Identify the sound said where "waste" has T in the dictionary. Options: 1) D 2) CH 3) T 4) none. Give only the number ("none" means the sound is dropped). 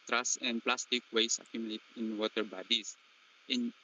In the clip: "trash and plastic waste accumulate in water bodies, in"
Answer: 4